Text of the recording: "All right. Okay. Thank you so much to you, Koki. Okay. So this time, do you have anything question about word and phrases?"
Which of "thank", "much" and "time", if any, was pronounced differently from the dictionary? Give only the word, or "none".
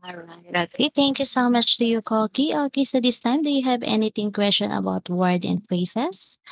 thank